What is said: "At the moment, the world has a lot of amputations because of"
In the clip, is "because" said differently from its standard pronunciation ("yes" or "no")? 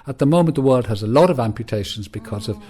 no